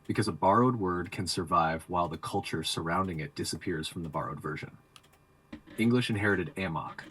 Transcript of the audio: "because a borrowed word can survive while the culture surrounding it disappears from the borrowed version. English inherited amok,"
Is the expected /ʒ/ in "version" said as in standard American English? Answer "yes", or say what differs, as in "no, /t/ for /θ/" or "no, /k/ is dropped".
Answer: yes